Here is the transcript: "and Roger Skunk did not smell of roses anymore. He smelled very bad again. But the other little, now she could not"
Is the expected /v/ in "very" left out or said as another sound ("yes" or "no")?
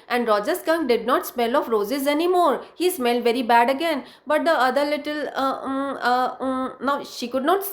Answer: no